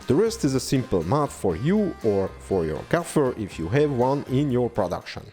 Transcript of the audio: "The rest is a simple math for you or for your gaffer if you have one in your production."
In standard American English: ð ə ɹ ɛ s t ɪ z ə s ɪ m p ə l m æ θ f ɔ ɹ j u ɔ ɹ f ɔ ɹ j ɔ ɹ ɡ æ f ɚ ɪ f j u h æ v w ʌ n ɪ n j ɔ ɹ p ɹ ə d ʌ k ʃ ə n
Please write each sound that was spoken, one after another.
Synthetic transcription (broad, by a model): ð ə ɹ ɛ s t ɪ z ə s ɪ m p ə l m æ t f ɔ ɹ j u ɔ ɹ f ɔ ɹ j ɔ ɹ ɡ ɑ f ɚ ɪ f j u h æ v w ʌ n ɪ n j ɔ ɹ p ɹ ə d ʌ k ʃ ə n